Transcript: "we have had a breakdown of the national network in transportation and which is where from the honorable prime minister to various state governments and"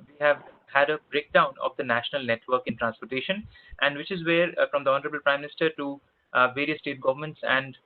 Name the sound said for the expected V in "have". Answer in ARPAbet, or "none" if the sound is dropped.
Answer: V